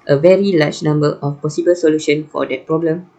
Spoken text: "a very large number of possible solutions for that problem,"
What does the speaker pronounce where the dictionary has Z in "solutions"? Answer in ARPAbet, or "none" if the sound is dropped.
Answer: none